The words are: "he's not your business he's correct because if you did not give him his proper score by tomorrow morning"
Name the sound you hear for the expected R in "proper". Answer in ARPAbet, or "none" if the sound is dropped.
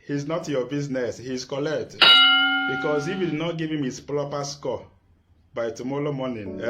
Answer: L